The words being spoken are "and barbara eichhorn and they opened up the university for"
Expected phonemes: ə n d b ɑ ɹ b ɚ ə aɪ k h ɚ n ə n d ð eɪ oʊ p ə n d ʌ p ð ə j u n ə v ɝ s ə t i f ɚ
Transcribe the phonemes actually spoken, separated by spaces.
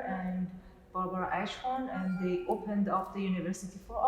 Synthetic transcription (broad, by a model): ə n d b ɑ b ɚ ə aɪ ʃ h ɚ n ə n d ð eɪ oʊ p ə n d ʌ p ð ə j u n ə v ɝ s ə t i f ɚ